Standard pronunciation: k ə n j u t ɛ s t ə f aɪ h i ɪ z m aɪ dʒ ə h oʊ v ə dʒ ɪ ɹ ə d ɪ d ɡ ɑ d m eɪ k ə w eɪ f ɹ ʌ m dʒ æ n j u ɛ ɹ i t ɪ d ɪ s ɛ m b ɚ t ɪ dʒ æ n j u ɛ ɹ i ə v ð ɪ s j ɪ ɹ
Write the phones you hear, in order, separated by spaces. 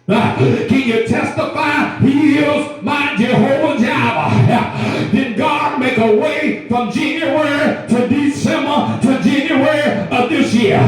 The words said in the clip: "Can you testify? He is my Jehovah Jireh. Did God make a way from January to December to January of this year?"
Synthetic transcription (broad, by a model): k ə n j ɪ t ɛ s t ə f aɪ h i ɪ z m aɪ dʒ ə h oʊ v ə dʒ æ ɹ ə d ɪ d ɡ ɑ d m eɪ k ə w eɪ f ɹ ʌ m dʒ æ n j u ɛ ɹ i t ɪ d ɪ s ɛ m ɚ t ɪ dʒ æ n j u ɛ ɹ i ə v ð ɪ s j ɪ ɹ